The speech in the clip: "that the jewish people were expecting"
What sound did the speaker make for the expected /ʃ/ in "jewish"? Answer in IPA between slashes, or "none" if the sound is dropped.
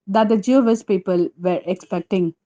/s/